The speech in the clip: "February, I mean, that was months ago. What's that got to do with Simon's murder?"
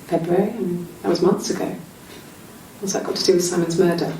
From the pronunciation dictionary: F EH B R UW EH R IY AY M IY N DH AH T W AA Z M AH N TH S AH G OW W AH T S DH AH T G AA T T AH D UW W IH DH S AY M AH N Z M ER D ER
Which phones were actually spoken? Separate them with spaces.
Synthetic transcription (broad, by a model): F EH B R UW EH R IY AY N DH AH T W AA Z M AH N TH S AH G OW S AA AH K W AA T T AH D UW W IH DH S AY M AH N Z M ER D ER